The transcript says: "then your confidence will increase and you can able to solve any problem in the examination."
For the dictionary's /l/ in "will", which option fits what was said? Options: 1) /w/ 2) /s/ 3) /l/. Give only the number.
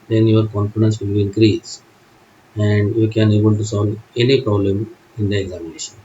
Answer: 1